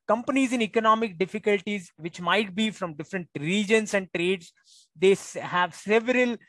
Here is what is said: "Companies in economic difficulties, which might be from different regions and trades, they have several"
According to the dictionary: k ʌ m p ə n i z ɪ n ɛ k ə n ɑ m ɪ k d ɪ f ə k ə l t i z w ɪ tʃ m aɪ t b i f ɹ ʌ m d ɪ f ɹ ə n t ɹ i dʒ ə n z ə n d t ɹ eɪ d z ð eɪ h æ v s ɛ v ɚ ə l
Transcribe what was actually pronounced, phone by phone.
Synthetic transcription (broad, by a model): k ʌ m p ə n i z ɪ n ɛ k ə n ɑ m ɪ k d ɪ f ə k ə l t i z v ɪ tʃ m aɪ t b i f ɹ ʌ m d ɪ f ɹ ə n t ɹ i dʒ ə n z ə n d t ɹ eɪ d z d eɪ h æ v s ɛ v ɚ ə l